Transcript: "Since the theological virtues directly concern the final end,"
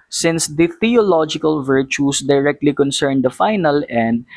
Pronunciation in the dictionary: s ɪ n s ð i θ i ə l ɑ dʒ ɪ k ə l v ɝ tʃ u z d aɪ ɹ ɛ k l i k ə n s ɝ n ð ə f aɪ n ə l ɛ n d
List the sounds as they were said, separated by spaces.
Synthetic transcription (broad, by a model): s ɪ n s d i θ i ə l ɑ dʒ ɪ k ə l v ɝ tʃ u s d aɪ ɹ ɛ k l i k ə n s ɝ n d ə f aɪ n ə l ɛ n d